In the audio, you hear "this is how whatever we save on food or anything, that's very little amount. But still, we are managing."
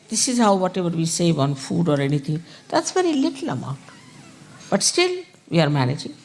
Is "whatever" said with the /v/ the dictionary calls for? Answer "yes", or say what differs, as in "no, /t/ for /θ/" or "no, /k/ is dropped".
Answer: no, /b/ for /v/